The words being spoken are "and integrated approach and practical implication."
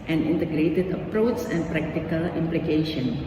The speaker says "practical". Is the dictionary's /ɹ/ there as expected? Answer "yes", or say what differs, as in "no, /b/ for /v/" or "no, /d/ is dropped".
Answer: yes